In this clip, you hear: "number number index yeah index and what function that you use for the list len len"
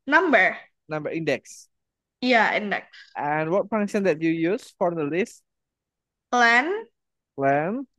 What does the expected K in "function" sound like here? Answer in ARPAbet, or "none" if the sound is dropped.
none